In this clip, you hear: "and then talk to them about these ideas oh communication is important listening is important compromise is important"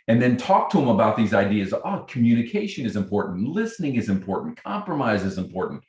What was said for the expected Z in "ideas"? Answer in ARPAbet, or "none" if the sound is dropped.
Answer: Z